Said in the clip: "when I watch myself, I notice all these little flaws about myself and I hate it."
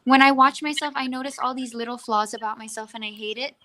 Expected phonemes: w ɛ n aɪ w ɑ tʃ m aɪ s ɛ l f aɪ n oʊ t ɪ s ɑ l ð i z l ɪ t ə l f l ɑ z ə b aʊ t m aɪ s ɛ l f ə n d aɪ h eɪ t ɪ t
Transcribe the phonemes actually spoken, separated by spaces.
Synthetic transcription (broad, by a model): w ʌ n aɪ w ɑ tʃ m aɪ s ɛ l f aɪ n oʊ t ɪ s ɑ l ð i z l ɪ t l f l ɑ z ə b aʊ t m aɪ s ɛ l f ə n aɪ h eɪ t ɪ t